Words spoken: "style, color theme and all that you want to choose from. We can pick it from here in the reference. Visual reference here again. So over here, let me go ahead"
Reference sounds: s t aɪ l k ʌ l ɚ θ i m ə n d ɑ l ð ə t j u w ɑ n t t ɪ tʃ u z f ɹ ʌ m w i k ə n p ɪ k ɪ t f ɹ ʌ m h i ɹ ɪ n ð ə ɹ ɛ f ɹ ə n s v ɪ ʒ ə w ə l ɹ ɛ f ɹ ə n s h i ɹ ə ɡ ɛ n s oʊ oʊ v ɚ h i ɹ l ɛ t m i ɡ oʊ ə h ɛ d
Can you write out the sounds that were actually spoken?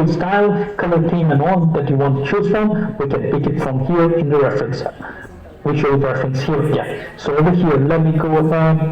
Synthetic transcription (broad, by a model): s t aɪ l k ʌ l ɚ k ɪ m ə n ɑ n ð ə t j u w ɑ n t t ɪ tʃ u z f ɹ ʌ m w i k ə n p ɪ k ɪ t f ɹ ʌ m h i ɹ ɪ n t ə ɹ ɛ f ɹ ə n s w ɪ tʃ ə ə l ɹ ɛ f ɹ ə n s h i ɹ ə ɡ ɛ n s oʊ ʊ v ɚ h i ɹ l ɛ t m i ɡ oʊ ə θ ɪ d